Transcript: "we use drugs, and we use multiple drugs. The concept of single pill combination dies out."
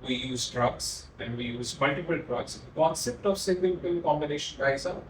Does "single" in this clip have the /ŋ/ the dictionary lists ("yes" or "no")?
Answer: no